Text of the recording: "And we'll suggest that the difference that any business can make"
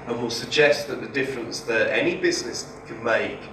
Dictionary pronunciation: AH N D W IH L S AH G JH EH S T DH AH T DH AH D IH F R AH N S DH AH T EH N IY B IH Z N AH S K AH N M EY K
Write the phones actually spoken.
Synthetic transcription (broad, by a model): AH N W IH L S AH G JH EH S T DH AH T DH AH D IH F R AH N S DH AH T EH N IY B IH Z N AH S K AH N M EY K